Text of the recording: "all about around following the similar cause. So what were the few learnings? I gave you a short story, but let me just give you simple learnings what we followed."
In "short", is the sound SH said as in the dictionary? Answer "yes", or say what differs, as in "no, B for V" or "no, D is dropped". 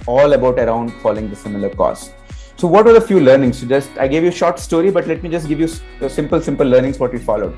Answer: yes